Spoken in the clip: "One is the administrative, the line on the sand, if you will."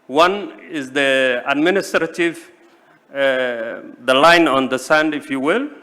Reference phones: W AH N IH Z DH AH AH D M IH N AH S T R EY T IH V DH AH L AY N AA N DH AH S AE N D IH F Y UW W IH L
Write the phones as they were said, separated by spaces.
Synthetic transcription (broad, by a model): W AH N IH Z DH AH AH D M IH N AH S T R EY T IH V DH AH L AY N AA N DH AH S AE N D IH F Y UW W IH L